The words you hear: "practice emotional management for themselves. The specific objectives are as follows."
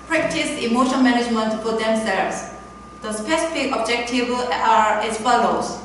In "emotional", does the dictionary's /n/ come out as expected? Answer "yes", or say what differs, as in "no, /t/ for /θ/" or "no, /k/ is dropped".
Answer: no, /n/ is dropped